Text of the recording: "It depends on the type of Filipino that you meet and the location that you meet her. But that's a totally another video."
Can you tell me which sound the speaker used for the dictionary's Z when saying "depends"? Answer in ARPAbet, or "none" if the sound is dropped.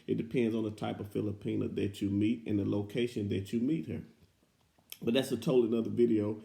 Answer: Z